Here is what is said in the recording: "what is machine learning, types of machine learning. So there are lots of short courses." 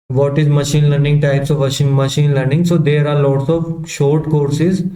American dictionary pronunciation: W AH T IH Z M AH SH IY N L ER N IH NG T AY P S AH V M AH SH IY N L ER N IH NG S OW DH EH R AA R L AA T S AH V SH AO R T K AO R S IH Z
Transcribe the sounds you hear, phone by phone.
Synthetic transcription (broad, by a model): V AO T IH Z M AH SH IY N L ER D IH NG T AY P S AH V M AH SH IY N L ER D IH NG S OW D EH R AA R L AA T S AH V SH AO R T K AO R S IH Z